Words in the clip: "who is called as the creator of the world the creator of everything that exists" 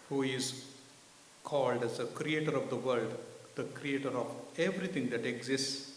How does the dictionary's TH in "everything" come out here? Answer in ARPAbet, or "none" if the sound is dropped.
T